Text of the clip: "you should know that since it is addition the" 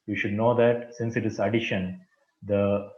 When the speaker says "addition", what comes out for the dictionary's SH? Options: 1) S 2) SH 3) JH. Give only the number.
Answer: 2